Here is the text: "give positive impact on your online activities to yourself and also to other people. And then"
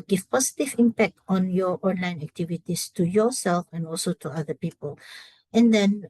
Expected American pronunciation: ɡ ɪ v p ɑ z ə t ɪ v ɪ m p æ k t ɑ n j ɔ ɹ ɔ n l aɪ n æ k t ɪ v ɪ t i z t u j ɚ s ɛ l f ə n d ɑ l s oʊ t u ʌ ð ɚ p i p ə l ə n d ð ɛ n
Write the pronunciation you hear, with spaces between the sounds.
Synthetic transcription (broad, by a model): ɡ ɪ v p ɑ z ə t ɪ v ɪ m p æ k t ɑ n j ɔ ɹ ɔ n l aɪ n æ k t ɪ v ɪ t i s t u j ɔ s ɛ l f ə n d ɑ l s oʊ t u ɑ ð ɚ p i p ə l ə n d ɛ n